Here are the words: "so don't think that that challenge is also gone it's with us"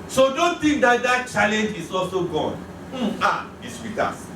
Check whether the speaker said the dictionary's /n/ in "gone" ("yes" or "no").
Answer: yes